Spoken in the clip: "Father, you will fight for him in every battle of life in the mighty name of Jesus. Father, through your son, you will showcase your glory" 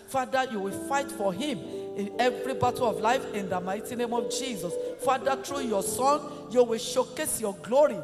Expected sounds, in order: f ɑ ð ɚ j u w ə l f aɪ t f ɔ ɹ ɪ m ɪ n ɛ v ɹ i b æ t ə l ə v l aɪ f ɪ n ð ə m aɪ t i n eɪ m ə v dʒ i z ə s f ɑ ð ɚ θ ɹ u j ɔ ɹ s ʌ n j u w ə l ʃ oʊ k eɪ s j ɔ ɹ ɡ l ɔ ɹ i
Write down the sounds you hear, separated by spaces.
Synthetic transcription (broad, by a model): f ɑ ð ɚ j u w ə f aɪ t f ɔ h ɪ m ɪ n ɛ v ɹ i b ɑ t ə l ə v l aɪ f ɪ n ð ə m aɪ t i n eɪ m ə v dʒ i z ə s f ɑ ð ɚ t ɹ u j ɔ s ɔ n j u w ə ʃ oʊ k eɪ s j ɔ ɡ l ɔ ɹ i